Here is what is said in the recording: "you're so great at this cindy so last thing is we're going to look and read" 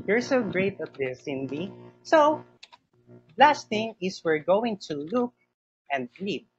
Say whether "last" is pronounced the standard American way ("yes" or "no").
yes